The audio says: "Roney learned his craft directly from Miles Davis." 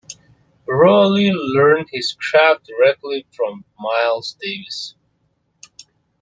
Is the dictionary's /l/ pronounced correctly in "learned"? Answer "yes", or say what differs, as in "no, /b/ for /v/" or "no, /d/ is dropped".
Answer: yes